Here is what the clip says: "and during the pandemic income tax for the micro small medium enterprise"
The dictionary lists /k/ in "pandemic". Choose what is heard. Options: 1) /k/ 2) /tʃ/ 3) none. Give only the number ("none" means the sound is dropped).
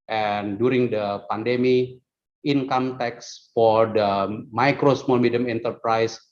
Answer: 3